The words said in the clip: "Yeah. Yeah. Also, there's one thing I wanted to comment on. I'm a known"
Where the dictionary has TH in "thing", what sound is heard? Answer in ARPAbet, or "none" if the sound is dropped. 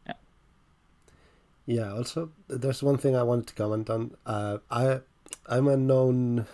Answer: TH